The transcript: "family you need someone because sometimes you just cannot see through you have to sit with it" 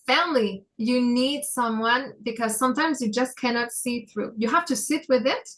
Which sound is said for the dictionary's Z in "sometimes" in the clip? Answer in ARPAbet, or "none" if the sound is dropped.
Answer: Z